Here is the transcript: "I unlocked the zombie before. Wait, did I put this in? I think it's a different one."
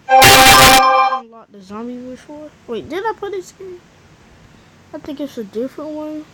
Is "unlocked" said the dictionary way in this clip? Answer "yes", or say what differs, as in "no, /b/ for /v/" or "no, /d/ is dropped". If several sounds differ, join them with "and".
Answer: no, /k/ is dropped